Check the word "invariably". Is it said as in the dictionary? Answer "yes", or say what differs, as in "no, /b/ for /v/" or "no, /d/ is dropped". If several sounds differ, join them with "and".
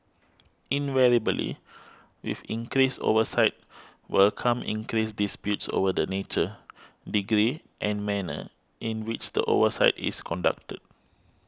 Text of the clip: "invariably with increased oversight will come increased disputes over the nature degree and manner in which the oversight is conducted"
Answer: no, /b/ is dropped